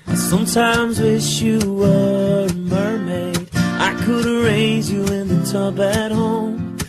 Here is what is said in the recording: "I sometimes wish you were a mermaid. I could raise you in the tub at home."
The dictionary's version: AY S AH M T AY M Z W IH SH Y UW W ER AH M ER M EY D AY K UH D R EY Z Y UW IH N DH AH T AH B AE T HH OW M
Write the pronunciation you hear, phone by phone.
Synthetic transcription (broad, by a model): S AH M T AY M Z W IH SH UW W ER AH M ER M EY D AY K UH D R EY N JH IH IH N DH AH T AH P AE T HH OW M